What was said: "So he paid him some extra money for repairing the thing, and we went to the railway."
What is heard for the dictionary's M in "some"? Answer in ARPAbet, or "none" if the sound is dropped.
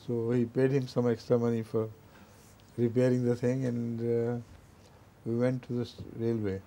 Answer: M